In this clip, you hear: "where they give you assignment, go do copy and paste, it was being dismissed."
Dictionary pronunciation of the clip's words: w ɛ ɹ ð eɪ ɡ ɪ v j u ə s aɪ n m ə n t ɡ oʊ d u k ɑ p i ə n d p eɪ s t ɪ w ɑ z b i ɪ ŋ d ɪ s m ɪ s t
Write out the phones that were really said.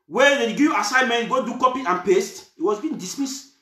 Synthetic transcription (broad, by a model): w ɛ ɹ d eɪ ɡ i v j u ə s aɪ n m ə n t ɡ oʊ d u k ɑ p i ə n p eɪ s t ɪ w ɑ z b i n d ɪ s m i s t